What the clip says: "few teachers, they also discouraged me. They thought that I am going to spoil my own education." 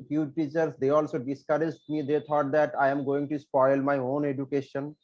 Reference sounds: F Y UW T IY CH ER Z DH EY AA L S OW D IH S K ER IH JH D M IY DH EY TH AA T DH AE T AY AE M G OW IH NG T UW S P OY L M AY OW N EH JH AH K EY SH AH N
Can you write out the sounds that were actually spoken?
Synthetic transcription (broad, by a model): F Y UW T IY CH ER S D EY AA L S OW D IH S K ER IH JH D M IY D EY T AA T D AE T AY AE M G OW IH NG T UW S P OY L M AY OW N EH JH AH K EY SH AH N